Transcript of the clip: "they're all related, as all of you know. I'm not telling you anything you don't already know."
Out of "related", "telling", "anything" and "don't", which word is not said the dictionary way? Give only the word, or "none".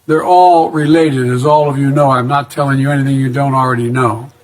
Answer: none